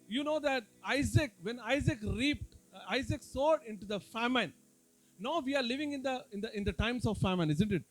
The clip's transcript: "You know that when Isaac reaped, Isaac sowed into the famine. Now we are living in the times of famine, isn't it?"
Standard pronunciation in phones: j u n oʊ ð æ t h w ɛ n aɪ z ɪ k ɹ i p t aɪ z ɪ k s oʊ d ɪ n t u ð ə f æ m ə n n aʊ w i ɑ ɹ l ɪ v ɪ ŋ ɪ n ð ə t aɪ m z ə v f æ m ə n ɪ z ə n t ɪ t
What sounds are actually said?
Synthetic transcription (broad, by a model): j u n oʊ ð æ t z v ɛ n aɪ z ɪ k ɹ i p t aɪ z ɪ k s oʊ d ɪ n t u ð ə f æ m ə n n aʊ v i ɑ ɹ l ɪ v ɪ ŋ ɪ n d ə t aɪ m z ə v f æ m ə n ɪ z ə n t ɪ t